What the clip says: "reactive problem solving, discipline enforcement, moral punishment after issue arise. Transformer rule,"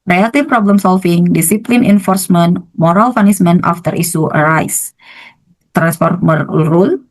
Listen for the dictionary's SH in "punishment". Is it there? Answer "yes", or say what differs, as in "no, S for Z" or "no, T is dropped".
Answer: no, S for SH